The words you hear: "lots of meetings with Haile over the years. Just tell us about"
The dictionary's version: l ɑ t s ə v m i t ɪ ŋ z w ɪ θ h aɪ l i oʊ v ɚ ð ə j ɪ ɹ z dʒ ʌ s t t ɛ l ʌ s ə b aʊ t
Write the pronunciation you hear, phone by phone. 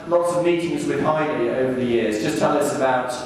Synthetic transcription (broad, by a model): l ɑ t s ə v m i t ɪ ŋ z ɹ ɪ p aɪ n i oʊ v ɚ ð ə j ɪ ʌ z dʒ ʌ s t t ɛ l ʌ s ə b aʊ t